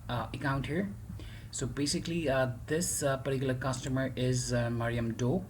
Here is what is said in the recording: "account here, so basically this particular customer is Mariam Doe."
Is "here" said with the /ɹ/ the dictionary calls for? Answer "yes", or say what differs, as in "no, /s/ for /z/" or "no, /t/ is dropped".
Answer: yes